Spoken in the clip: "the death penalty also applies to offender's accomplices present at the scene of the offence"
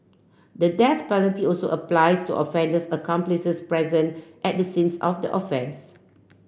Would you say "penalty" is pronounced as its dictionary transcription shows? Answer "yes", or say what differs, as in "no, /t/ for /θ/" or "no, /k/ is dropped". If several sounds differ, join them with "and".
no, /l/ is dropped